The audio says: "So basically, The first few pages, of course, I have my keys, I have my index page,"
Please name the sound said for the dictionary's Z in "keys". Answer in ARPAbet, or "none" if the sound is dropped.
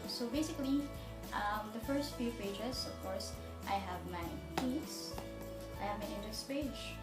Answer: S